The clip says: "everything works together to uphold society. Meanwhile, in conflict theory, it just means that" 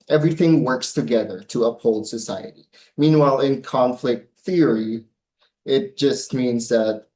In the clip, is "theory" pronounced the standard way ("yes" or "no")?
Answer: yes